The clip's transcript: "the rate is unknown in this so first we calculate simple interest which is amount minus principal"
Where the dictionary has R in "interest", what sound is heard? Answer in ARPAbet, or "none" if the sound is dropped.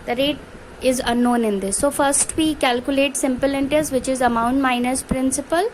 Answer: none